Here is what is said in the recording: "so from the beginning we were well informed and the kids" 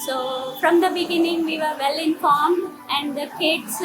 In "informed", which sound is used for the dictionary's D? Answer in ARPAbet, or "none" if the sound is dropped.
none